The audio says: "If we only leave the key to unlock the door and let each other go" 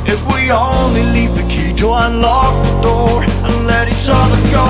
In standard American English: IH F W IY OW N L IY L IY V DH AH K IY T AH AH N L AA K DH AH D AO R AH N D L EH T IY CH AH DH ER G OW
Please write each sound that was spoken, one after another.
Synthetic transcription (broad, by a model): IH F W IY OW N L IY L IY V DH AH K IY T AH AH N L AA K DH AH D AO R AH N L EH T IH S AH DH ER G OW